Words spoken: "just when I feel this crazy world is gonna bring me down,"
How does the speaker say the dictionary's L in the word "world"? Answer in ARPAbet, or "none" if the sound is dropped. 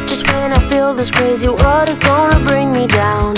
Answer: none